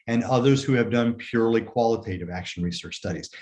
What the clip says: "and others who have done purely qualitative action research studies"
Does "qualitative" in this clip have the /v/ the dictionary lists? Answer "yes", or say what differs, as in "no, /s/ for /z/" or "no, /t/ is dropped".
yes